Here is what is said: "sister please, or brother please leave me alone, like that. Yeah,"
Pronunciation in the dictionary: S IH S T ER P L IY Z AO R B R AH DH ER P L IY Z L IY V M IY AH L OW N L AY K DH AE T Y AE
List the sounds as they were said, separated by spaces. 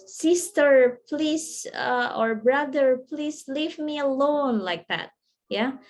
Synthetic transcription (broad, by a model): S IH S T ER P L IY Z AO R B R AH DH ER P L IY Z L IY V M IY AH L OW N L AY K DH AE T Y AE